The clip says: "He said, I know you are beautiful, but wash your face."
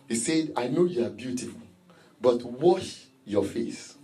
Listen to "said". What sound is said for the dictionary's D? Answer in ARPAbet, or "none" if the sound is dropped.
D